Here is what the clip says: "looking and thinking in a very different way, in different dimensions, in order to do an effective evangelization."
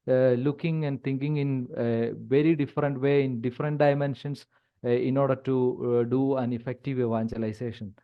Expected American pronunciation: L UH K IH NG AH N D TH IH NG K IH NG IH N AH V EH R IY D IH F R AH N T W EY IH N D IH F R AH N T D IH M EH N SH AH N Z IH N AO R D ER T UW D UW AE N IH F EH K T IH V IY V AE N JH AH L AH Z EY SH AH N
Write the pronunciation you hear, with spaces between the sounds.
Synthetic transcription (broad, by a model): L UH K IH NG AH N D T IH NG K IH NG IH N AH V EH R IY D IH F R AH N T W EY IH N D IH F R AH N T D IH M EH N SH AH N S IH N AO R D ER T UW D UW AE N IH F EH K T IH V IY V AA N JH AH L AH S EY SH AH N